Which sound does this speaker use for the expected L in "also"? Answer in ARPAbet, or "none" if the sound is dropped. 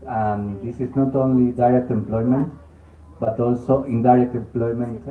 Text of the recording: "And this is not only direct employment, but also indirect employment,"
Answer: L